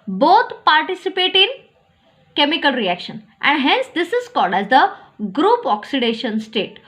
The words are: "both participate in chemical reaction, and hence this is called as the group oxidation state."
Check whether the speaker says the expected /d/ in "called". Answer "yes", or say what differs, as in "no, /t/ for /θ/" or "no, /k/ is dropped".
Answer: yes